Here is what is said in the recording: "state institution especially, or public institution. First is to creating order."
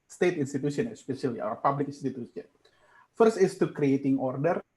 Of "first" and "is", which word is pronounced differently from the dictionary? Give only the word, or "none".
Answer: is